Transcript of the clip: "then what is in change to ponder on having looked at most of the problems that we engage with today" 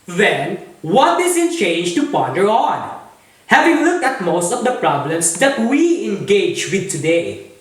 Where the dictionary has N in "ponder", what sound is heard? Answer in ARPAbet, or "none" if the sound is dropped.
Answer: none